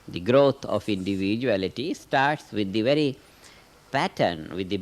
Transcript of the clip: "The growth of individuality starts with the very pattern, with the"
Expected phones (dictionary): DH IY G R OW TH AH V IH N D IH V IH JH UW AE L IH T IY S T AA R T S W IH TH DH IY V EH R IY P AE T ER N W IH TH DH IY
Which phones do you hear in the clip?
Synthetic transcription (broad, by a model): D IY G R OW T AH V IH N D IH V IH JH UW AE L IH T IY S T AA R T S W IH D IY V EH R IY P AE T ER N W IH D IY